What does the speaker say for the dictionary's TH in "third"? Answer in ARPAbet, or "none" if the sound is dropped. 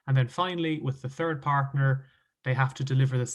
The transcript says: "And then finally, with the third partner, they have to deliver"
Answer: TH